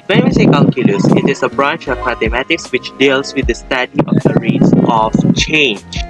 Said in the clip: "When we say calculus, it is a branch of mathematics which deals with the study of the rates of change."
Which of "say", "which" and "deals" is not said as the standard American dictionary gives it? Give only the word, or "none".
deals